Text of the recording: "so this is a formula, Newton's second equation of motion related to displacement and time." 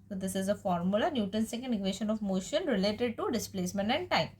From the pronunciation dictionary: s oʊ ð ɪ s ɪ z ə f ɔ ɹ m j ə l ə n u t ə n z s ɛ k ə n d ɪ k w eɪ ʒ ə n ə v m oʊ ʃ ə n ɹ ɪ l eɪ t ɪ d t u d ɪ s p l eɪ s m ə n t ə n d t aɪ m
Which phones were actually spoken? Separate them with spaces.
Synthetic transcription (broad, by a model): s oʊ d ɪ s ɪ z ə f ɔ ɹ m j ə l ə n u t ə n s ɛ k ə n d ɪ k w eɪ ʃ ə n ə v m oʊ ʃ ə n ɹ ɪ l eɪ t ɪ d t u d ɪ s p l eɪ s m ə n t ə n d t aɪ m